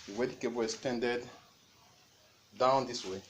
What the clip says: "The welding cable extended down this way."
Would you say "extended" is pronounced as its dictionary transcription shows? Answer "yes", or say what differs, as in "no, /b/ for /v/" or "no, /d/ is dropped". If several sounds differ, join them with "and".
no, /k/ is dropped